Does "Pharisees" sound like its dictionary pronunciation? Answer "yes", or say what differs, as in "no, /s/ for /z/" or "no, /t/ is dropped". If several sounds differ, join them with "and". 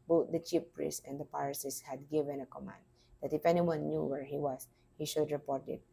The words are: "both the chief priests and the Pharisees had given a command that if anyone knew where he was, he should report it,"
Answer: no, /p/ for /f/ and /s/ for /z/